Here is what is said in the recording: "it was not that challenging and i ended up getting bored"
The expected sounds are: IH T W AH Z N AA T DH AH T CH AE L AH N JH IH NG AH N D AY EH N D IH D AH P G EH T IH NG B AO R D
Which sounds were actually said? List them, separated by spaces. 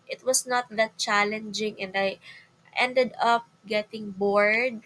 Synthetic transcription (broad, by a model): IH T W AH S N AA T DH AH T CH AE L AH N JH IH NG AH N D AY EH N D IH D AH P G EH T IH NG B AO R D